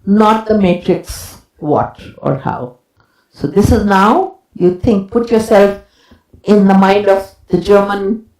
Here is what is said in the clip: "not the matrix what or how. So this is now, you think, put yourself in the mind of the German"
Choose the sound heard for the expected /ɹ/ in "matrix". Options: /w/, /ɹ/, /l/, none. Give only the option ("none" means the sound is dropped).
/ɹ/